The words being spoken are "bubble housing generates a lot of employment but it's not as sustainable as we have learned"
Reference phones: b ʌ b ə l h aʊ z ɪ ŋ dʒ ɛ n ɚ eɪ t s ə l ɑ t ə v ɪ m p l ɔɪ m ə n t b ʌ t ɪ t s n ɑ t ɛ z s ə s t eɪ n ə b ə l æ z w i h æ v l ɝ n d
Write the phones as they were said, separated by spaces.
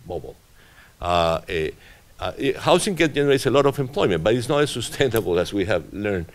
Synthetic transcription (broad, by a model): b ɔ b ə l h aʊ s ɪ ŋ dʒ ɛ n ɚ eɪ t s ə l ɑ t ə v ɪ m p l ɔɪ m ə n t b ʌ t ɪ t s n ɑ t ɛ s ə s t eɪ n ə b ə l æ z w i h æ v l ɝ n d